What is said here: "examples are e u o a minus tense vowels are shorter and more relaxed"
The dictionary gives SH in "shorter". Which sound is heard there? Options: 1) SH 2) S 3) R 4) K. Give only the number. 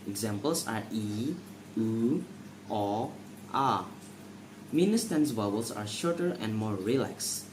1